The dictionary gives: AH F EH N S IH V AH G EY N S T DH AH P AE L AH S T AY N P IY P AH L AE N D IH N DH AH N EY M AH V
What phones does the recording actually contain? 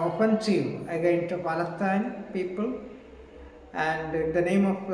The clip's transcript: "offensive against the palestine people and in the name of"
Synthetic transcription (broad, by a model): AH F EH N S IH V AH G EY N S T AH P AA L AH T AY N P IY P AH L AE N D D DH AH N EY M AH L